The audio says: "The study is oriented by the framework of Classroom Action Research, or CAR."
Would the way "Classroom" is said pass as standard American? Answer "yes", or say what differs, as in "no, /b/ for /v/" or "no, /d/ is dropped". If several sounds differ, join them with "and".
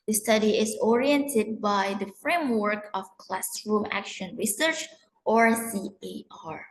yes